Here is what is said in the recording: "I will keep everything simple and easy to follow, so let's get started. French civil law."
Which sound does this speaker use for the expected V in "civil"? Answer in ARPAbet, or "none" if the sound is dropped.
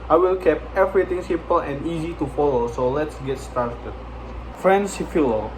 F